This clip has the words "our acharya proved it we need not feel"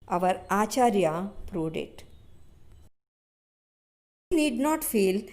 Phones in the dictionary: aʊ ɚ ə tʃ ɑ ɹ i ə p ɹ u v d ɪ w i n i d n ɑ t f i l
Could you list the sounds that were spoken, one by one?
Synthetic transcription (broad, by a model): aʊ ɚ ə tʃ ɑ ɹ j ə p ɹ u d ɪ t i n i d n ɑ t f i l